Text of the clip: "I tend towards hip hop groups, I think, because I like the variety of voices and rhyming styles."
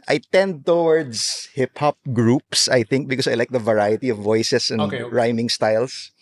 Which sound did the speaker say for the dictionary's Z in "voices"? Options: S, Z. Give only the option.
S